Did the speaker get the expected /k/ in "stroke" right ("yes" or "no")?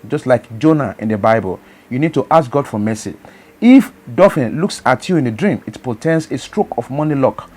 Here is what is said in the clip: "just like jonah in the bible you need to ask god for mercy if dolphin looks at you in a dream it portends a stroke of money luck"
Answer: yes